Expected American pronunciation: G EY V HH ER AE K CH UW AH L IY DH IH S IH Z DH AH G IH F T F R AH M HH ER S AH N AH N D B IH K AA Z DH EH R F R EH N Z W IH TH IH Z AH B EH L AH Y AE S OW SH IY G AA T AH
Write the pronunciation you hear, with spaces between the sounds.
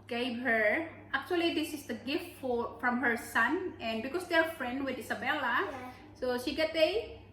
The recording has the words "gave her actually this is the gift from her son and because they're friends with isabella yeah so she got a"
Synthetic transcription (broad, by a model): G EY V HH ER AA K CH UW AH L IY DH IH S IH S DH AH G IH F T F R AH M HH ER S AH N AH N D B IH K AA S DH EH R F R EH N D W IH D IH S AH B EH L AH S OW SH IY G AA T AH